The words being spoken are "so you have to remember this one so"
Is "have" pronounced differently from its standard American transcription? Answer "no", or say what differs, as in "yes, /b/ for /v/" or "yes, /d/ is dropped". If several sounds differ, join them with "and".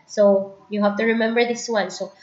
yes, /f/ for /v/